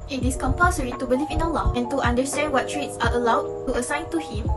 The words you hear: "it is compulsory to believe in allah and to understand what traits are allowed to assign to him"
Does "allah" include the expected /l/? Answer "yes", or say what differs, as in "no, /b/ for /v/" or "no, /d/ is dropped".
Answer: yes